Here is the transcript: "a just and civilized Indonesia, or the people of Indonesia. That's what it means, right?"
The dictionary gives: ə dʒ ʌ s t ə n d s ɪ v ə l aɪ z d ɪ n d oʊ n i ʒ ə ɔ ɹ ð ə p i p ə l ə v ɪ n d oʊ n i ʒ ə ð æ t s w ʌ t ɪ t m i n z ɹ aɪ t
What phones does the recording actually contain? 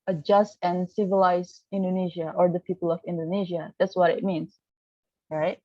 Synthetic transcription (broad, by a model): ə dʒ ʌ s t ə n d s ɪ v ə l aɪ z ɪ n d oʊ n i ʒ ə ɔ ɹ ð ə p i p ə l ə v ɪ n d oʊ n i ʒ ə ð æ t s w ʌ t ɪ t m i n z ɹ aɪ t